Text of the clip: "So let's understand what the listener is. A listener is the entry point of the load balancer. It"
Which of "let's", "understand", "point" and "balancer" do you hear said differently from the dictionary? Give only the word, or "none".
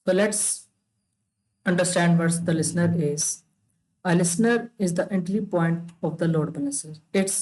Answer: balancer